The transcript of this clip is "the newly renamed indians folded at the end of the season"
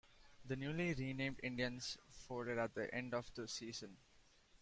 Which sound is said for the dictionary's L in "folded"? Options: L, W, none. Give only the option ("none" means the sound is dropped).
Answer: none